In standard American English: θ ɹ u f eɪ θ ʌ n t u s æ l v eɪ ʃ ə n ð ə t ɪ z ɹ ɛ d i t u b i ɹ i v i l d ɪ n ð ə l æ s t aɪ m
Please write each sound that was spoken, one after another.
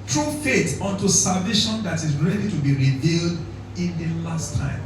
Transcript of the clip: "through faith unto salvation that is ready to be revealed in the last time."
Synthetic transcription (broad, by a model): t ɹ u f eɪ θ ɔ n t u s æ l v eɪ ʃ ə n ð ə t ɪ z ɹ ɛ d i t u b i ɹ i v i l d ɪ n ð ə l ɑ s t aɪ m